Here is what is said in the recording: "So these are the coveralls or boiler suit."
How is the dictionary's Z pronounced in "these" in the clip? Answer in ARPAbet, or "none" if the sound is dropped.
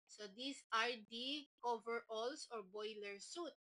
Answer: S